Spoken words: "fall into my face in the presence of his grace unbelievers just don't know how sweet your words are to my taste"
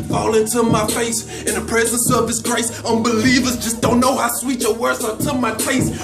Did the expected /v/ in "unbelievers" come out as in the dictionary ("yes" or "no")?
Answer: yes